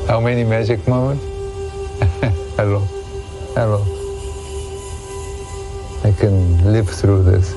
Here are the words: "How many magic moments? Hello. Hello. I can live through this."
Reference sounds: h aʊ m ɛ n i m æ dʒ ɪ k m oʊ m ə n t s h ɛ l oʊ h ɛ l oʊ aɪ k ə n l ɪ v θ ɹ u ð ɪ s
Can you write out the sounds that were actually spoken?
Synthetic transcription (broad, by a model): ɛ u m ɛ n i m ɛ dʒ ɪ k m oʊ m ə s h ɛ l oʊ h ɛ l oʊ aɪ k ə n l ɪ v s ɹ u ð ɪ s